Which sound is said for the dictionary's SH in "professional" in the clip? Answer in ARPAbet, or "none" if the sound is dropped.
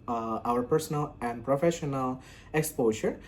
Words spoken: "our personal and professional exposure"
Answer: SH